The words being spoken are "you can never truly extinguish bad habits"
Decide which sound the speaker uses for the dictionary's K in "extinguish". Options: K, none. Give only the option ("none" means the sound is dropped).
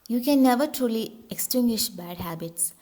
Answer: K